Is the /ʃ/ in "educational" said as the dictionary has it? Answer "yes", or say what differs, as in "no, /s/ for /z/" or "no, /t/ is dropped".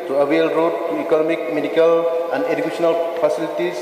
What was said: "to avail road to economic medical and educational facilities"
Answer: no, /s/ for /ʃ/